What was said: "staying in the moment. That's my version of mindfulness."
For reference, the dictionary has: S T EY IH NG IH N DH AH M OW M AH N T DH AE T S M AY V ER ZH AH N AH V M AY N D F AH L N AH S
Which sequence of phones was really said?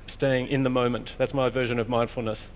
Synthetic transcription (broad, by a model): S T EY IH NG IH N DH AH M OW M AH N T DH AE T S M AY V ER ZH AH N AH V M AY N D F L N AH S